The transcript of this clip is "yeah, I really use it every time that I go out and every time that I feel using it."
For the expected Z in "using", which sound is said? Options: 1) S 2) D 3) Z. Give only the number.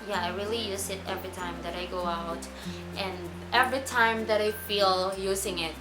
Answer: 3